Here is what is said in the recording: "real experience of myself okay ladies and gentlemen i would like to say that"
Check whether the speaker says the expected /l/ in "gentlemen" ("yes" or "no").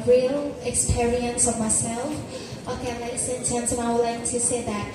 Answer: no